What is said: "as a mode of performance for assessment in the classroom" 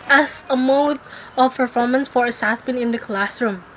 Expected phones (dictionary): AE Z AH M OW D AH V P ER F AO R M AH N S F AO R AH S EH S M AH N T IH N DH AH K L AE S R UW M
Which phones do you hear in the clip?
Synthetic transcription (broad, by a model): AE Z AH M OW D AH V P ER F AO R M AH N S F AO R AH S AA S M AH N IH N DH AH K L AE S R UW M